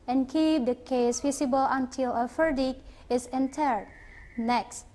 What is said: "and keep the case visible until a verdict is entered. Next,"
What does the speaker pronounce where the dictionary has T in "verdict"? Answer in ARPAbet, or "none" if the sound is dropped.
none